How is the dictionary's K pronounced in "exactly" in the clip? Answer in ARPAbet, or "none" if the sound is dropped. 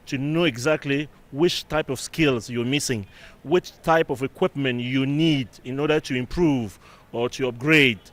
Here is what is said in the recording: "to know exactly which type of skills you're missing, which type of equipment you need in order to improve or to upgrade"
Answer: K